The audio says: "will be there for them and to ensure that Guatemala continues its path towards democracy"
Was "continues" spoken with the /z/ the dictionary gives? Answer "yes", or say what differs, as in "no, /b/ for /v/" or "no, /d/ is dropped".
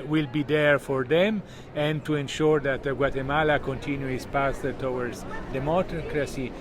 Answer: no, /z/ is dropped